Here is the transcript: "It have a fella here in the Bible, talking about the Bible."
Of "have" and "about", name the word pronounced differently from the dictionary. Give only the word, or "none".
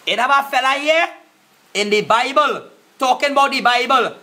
have